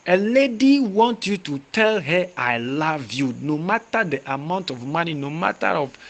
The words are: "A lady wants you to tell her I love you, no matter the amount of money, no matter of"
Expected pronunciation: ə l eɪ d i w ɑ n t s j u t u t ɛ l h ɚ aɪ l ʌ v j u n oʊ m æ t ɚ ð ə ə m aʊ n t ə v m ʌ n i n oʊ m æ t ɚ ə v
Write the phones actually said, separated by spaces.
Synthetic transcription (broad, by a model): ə l eɪ d i w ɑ n t j u t u t ɛ l h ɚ aɪ l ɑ v j u n oʊ m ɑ t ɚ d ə ə m aʊ n t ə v m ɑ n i n oʊ m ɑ t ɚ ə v